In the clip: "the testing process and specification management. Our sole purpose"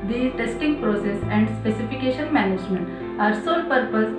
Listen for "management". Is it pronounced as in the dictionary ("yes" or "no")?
yes